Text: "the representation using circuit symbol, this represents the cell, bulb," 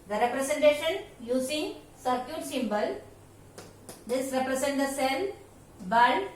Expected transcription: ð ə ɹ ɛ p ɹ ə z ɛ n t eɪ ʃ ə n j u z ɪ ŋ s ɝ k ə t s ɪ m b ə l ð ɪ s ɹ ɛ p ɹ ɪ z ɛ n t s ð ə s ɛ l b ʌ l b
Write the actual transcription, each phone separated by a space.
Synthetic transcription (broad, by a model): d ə ɹ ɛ p ɹ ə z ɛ n t eɪ ʃ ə n j u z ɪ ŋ s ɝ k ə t s ɪ m b ə l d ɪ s ɹ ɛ p ɹ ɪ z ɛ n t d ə s ɛ l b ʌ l